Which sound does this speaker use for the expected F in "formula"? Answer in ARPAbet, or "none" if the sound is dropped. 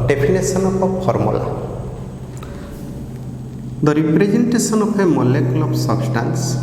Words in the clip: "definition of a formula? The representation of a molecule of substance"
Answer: P